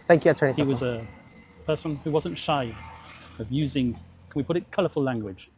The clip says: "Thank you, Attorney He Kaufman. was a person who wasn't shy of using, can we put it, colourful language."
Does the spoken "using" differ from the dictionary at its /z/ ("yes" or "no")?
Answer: no